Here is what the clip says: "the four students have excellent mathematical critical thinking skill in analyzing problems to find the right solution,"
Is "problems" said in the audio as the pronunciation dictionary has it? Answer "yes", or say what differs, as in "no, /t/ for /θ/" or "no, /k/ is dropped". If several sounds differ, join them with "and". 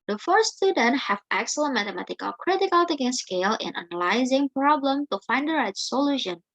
no, /z/ is dropped